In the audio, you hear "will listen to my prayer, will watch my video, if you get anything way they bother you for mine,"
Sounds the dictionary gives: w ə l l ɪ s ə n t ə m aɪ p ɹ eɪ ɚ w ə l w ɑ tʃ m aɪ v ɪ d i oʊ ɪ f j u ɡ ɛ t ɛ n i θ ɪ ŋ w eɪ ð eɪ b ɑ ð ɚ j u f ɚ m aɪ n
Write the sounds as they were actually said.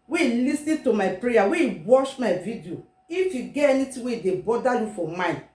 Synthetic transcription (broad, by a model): w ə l l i s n t ə m aɪ p ɹ eɪ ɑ w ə w ɑ ʃ m aɪ v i d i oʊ ɪ f j u ɡ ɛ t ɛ n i t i w eɪ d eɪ b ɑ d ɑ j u f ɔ m aɪ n